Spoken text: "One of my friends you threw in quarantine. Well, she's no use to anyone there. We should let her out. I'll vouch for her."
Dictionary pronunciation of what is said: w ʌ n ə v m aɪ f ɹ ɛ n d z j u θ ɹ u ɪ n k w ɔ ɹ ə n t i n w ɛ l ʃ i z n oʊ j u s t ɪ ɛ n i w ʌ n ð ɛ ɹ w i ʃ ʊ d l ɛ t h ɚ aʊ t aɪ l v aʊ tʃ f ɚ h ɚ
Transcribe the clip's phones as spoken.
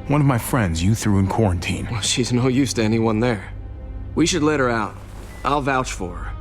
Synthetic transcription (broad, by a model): w ʌ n ə v m aɪ f ɹ ɛ n d z j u θ ɹ u ɪ n k w ɔ ɹ ə n t i n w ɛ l ʃ i z n oʊ j u s t ɪ ɛ n i w ʌ n ð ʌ ɹ w i ʃ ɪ d l ɛ t h ɚ aʊ t aɪ l v aʊ tʃ f ɚ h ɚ